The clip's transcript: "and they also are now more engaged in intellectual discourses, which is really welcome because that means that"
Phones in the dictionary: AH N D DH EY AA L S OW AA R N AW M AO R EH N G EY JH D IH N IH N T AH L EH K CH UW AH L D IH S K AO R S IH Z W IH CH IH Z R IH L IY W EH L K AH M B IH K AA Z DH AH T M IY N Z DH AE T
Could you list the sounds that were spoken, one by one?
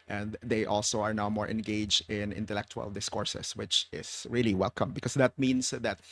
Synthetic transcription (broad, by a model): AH N D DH EY AA L S OW AA R N AW M AO R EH N G EY JH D IH N IH N T AH L EH K CH UW AH L D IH S K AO R S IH S W IH CH IH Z R IH L IY W EH L K AH M B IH K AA S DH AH T M IY N S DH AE T